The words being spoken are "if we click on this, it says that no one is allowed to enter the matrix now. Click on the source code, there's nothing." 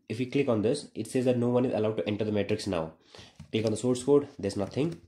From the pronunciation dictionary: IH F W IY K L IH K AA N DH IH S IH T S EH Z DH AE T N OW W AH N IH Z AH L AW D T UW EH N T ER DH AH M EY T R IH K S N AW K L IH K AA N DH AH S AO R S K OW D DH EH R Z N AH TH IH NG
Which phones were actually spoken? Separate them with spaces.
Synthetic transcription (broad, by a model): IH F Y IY K L IH K AA N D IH S IH T S EH Z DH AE T N OW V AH N IH Z AH L AW D T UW EH N T ER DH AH M EY T R IH K S N AW K L IH K AA N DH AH S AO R S K OW D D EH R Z N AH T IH NG